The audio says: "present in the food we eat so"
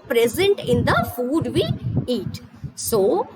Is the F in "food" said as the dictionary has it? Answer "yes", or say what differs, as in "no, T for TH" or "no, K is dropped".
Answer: yes